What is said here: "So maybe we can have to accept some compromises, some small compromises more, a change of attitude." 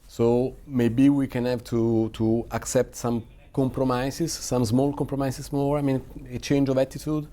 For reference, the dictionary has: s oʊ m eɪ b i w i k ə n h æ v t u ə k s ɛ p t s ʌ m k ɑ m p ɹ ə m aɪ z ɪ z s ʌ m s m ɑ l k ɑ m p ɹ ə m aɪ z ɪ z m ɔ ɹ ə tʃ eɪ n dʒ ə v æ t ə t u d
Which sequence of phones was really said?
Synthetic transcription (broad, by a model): s oʊ m eɪ b i w i k ə n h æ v t u ə k s ɛ p t s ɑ m k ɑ m p ɹ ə m aɪ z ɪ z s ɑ m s m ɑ l k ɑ m p ɹ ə m aɪ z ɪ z m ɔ ɹ ə tʃ eɪ n dʒ ə v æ t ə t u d